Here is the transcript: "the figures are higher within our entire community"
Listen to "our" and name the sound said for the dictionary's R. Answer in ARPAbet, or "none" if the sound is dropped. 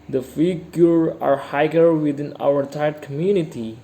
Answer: W